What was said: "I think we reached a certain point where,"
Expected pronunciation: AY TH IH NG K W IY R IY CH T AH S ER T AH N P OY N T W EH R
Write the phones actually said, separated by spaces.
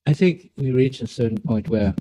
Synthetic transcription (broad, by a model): AY TH IH NG K W IY R IY CH AH S ER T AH N P OY N T W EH R